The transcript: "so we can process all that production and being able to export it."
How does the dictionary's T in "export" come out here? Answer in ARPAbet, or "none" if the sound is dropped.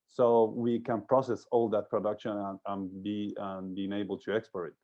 none